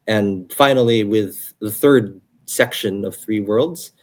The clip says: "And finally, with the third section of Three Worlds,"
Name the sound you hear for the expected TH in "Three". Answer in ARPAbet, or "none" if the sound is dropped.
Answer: TH